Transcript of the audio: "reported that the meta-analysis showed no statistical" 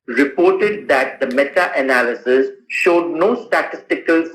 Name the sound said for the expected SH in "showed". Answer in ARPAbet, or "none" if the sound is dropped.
SH